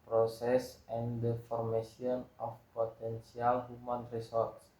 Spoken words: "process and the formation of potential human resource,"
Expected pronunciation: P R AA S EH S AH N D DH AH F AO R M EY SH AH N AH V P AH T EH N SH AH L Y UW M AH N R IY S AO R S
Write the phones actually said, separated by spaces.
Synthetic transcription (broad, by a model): P R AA S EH S AH N D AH F AO R M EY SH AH N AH F P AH T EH N S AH L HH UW M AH N R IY S AO R S